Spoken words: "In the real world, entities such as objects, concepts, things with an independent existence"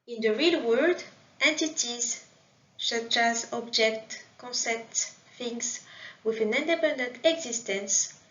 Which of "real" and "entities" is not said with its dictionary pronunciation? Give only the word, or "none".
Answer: none